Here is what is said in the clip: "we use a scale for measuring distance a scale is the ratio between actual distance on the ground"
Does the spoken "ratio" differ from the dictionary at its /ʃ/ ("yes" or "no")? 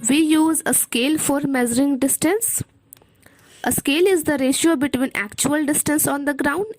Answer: no